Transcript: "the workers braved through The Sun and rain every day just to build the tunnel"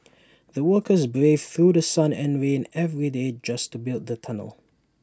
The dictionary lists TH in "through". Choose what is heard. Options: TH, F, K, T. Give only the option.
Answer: TH